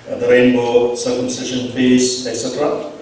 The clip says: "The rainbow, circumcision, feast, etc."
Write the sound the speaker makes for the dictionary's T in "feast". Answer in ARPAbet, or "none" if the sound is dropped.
none